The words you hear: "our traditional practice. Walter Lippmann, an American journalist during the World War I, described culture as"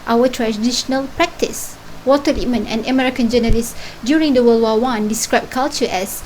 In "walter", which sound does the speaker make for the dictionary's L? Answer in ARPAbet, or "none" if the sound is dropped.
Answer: none